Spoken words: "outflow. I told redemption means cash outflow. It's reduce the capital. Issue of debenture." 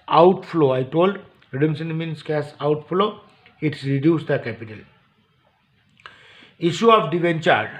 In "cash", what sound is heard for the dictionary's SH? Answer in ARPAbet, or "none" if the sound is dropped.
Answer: S